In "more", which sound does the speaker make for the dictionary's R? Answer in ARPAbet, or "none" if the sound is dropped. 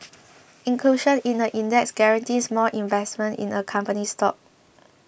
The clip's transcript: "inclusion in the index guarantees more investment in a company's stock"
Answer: L